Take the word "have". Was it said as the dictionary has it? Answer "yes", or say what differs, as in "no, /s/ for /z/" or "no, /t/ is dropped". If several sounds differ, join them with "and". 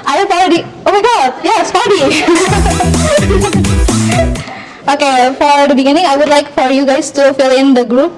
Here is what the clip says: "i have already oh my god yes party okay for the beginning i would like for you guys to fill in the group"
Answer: no, /f/ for /v/